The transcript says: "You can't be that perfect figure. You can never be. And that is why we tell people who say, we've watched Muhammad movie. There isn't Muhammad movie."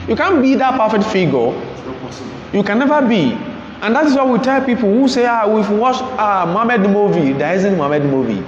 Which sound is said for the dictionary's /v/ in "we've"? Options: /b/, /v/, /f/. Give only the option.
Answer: /f/